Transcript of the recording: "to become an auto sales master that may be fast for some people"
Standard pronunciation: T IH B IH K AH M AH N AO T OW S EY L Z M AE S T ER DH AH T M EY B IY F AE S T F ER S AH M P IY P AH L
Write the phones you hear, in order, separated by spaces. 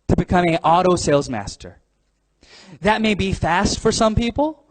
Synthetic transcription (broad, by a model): T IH B IH K AH M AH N AO T OW S EY L Z M AE S T ER DH AH T M EY B IY F AE S T F ER S AH M P IY P L